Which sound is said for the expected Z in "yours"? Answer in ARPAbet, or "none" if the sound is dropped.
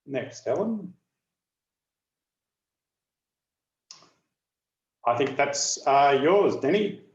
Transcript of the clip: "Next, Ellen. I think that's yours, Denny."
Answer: Z